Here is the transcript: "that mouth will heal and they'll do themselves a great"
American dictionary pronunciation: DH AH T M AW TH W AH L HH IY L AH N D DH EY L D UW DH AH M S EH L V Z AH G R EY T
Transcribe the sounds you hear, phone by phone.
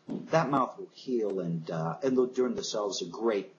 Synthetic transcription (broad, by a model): DH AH T M AW TH W AH L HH IY L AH N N DH EY L D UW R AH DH S EH L V Z AH G R EY T